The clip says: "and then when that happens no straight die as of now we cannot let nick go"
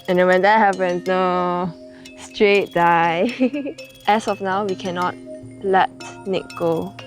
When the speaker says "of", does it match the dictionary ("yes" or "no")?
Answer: no